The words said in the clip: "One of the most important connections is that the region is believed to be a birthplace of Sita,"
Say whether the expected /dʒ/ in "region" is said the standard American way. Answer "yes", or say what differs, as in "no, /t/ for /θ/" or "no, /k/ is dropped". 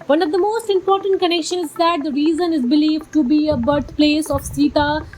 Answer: no, /z/ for /dʒ/